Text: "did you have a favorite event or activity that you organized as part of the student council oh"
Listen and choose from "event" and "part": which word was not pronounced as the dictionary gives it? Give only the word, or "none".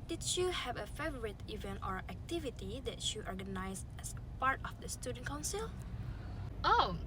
none